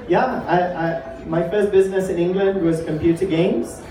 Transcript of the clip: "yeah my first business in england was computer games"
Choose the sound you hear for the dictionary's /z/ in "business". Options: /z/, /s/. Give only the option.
/z/